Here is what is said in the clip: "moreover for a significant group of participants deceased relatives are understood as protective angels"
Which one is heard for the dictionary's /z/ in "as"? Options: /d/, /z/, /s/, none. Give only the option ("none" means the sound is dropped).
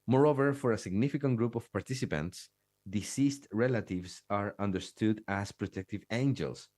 /s/